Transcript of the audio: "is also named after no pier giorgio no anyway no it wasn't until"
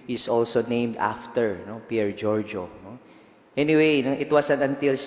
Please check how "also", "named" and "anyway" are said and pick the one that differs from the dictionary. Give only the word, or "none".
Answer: none